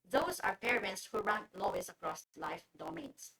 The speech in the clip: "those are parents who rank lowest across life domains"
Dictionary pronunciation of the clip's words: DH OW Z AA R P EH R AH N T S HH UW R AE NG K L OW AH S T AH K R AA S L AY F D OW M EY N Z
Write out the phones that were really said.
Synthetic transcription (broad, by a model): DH OW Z AA R P EH R AH N T S HH UW R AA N L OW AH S AH K R AA S L AY F D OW M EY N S